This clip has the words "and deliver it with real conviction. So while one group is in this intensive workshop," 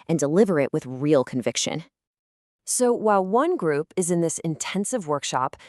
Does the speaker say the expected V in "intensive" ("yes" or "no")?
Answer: yes